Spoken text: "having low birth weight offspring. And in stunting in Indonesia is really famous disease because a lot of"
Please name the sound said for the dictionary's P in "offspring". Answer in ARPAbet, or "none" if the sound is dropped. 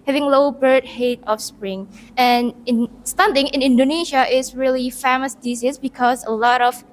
P